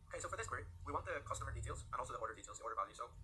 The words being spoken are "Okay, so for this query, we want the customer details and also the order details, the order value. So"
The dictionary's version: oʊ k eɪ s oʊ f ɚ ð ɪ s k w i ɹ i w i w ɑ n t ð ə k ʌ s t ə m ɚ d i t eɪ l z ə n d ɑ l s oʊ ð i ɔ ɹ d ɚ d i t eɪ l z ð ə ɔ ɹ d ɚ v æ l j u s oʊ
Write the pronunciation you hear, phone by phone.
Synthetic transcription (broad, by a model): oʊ k eɪ s oʊ f ɚ ð ɪ s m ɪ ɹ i w i w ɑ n ð ə k ʌ s t ə m ɚ d i t eɪ l z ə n ɑ l s oʊ ð i ɔ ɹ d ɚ d i t eɪ l z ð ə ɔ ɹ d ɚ b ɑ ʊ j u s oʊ